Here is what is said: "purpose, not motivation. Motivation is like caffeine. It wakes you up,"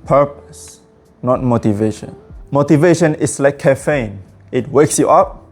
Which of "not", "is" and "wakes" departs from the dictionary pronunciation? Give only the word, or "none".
is